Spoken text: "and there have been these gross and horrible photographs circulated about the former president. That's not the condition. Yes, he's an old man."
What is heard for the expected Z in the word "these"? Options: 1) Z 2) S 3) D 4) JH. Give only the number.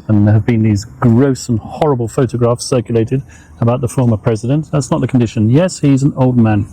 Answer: 1